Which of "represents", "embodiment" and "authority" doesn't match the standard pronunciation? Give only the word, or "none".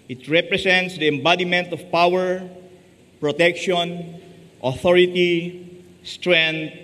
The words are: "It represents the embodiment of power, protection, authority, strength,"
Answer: represents